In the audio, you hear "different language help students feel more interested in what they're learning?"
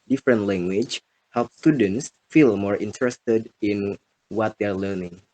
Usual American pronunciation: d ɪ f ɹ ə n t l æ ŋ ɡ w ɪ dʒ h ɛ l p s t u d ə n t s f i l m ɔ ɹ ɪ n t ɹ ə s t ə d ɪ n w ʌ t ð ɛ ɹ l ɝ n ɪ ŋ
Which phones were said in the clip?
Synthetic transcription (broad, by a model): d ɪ f ɹ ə n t l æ ŋ ɡ w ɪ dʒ h ɛ l p s t u d ə n t s f i l m ɔ ɹ ɪ n t ɹ ə s t ə d ɪ n w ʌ t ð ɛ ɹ l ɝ n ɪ ŋ